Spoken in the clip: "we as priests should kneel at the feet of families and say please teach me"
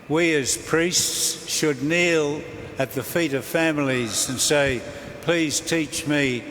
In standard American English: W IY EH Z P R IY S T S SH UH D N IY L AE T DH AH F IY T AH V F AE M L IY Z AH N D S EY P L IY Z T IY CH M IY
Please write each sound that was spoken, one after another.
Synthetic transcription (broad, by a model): W IY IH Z P R IY S T S SH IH D N IY L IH T DH AH F IY T AH V F AE M L IY Z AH N S EY P L IY Z T IY CH M IY